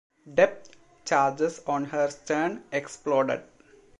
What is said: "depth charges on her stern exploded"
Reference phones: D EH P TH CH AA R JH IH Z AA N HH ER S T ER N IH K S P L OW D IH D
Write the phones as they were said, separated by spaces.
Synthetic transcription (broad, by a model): D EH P T CH AA R JH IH S AA N HH ER S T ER N IH K S P L OW D IH D